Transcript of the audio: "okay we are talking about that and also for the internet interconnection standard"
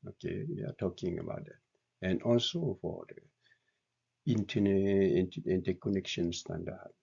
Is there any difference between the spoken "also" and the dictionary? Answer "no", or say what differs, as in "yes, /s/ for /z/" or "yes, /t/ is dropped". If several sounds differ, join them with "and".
no